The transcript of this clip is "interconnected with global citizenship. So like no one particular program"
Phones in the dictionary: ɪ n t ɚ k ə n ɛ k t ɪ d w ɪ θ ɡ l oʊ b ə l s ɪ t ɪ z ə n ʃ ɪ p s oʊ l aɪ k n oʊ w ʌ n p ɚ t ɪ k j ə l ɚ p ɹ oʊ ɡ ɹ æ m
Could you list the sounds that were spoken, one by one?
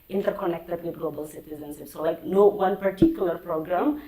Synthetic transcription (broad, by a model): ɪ n t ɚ k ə n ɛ k t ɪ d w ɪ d ɡ l oʊ b ə l s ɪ t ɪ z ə n s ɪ s oʊ l aɪ k n oʊ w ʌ n p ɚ t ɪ k j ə l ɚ p ɹ oʊ ɡ ɹ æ m